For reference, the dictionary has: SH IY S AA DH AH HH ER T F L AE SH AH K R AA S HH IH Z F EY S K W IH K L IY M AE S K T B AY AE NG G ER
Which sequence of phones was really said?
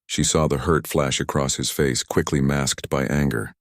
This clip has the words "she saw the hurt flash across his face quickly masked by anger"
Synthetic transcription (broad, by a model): SH IY S AA DH AH HH ER T F L AE SH AH K R AA S HH IH Z F EY S K W IH K L IY M AE S K T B AY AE NG G ER